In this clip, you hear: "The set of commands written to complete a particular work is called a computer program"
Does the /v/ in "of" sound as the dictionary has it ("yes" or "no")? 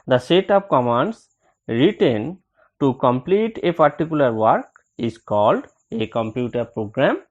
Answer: no